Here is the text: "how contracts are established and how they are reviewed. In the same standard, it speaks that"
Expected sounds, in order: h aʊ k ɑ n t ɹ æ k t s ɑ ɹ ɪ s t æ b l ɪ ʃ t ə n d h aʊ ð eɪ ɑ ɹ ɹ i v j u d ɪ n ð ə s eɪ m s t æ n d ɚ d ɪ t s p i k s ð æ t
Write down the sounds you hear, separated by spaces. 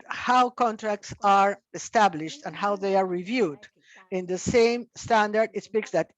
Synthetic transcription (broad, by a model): h aʊ k ɑ n t ɹ æ k t s ɑ ɹ ɪ s t æ b l ɪ ʃ t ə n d h aʊ ð eɪ ɑ ɹ ɹ i v j u d ɪ n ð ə s eɪ m s t æ n d ɚ d ɪ t s p i k s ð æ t